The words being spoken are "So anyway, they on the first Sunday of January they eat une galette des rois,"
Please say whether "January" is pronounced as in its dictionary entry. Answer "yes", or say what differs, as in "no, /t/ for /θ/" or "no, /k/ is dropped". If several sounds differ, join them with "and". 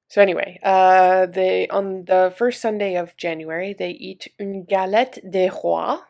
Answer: yes